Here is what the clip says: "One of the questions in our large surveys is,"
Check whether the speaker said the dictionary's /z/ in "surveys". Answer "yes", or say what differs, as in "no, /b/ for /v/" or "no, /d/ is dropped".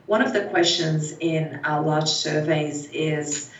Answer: yes